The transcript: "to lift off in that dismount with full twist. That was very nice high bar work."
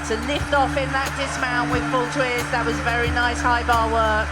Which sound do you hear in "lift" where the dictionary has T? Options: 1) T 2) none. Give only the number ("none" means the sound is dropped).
1